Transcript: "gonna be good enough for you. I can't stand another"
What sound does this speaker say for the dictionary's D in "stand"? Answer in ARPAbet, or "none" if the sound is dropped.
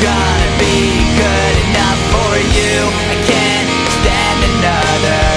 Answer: none